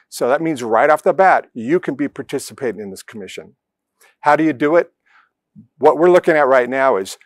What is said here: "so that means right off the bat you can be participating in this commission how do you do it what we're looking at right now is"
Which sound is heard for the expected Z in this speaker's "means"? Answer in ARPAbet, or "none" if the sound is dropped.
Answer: Z